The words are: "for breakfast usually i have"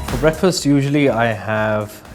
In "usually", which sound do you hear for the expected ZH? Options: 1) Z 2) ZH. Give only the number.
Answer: 2